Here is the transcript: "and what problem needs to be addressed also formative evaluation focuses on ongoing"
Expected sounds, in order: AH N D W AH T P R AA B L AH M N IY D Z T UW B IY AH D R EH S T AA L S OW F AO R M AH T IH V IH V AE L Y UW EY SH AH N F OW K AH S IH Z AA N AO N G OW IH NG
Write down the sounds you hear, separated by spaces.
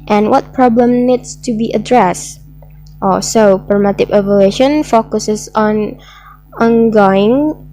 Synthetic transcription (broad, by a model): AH N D W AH T P R AA B L AH M N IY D S T UW B IY AH D R EH S T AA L S OW P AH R M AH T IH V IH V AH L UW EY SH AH N F OW K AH S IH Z AA N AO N G OW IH NG